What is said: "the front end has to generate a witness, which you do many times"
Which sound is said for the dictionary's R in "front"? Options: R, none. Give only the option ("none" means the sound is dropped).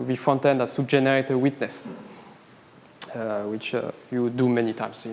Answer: none